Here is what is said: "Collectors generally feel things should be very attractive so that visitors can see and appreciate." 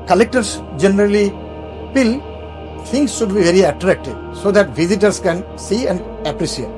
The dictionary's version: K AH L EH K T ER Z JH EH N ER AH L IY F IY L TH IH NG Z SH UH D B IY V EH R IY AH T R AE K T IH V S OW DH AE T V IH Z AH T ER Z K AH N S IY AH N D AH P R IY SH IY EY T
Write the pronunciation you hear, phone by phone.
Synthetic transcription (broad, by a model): K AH L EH K T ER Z JH EH N ER AH L IY P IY L T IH NG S SH UH D B IY V EH R IY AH T R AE K T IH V S OW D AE T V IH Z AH T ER S K AH N S IY AH N D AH P R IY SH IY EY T